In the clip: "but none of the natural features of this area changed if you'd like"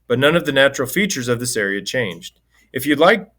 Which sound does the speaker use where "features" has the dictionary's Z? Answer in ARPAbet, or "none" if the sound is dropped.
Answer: Z